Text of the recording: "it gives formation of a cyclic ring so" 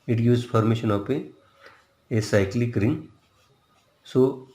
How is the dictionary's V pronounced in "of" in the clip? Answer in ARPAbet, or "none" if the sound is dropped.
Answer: P